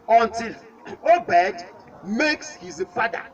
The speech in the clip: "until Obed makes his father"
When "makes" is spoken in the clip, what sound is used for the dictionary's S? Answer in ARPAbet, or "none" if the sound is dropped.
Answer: S